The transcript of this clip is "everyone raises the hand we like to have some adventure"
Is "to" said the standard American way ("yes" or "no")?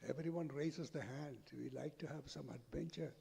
yes